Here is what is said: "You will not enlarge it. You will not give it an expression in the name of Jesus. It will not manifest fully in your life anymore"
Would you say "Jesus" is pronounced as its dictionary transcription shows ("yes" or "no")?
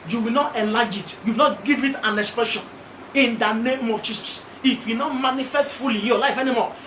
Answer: no